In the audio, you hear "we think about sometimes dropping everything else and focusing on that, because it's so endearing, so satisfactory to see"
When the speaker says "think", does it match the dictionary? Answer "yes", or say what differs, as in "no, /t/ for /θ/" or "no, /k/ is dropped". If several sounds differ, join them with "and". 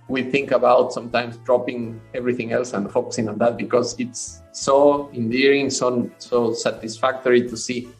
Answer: yes